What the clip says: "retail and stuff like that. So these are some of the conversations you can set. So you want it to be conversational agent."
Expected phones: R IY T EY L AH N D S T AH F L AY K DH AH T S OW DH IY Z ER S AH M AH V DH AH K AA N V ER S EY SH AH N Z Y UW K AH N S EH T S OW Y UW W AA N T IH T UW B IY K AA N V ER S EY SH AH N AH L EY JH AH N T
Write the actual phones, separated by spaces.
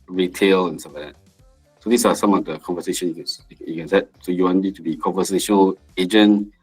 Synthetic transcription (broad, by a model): R IY T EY L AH N S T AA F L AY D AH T S OW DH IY S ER S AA M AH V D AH K AA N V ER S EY SH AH N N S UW K AH N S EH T S OW Y UW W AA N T IH T UW B IY K AA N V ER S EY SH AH N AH L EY JH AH N